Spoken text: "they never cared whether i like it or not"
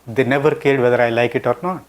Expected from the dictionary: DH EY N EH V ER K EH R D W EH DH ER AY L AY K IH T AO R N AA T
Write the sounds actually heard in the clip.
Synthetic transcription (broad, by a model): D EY N EH V ER K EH L D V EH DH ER AY L AY K IH T AO R N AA T